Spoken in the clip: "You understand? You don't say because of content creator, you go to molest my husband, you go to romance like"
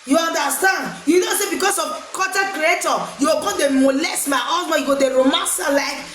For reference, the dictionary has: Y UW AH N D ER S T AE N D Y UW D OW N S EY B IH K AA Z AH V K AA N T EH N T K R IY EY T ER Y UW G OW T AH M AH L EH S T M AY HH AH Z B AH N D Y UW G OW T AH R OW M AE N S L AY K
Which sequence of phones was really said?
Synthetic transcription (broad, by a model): Y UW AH N D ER S T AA N D Y UW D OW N S EY B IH K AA S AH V K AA T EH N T K R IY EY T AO Y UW G OW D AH M AH L EH S T M AY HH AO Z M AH Y UW G OW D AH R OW M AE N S L AY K